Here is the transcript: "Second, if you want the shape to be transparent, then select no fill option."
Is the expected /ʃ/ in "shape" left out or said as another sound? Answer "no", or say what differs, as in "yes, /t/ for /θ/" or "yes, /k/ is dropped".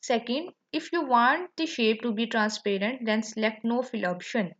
no